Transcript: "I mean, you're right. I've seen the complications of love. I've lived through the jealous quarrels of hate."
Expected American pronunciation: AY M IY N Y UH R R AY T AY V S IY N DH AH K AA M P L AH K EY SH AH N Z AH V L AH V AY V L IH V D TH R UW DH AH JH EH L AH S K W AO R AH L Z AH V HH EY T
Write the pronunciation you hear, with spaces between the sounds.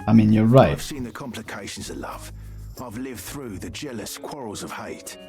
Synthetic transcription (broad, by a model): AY M IY N Y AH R R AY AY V S IY N DH AH K AA M P L AH K EY SH AH N Z AH V L AH V AY V L IH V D TH R UW DH AH JH EH L AH S K W AO R AH L Z AH V HH EY T